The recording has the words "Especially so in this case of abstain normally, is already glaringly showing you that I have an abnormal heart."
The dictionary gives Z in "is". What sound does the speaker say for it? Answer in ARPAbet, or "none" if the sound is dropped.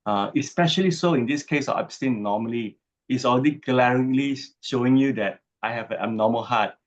S